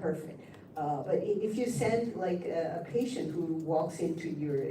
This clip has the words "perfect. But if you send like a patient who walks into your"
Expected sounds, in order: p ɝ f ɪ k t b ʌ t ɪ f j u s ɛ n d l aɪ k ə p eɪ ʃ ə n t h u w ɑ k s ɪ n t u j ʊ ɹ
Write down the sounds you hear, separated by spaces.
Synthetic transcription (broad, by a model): ɝ f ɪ k t b ʌ t ɪ f j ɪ s ɛ n d l aɪ k ə p eɪ ʃ ə n t h u w ɑ k s ɪ n t u j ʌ ɹ